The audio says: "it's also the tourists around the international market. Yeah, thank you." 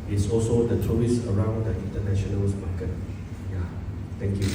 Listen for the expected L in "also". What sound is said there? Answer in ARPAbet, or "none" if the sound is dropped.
L